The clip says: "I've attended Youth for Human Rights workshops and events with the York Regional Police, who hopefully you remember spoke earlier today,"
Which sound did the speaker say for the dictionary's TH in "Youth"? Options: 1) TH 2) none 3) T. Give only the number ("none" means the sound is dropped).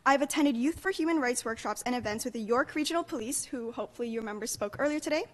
1